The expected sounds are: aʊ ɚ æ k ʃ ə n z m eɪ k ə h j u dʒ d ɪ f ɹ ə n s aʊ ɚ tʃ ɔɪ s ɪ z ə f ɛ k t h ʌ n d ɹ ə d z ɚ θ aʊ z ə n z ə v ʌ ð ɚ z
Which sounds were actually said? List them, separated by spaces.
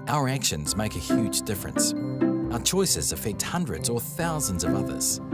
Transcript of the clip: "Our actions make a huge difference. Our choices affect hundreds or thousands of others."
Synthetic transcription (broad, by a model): aʊ ɚ æ k ʃ ə n z m eɪ k ə h j u dʒ d ɪ f ɹ ə n s aʊ ɚ tʃ ɔɪ s ɪ z ə f ɛ k t h ʌ n d ɹ ə d z ɚ θ aʊ z ə n z ə v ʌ ð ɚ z